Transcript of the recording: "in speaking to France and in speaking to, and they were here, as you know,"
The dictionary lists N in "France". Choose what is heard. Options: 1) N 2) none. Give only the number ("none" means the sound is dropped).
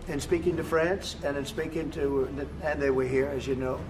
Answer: 1